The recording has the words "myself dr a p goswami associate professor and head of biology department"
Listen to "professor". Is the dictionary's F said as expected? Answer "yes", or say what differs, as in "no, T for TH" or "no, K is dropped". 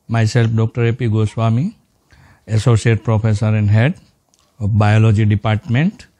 no, P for F